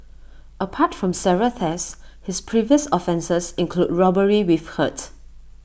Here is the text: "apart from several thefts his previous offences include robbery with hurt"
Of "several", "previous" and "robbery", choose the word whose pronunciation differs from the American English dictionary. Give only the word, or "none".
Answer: several